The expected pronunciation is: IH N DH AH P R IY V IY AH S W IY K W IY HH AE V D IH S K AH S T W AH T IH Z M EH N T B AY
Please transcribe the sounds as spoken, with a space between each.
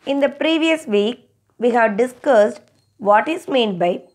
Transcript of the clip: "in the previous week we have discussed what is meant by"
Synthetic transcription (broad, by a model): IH N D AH P R IY V IY AH S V IY K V IY HH AE V D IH S K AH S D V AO T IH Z M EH N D B AY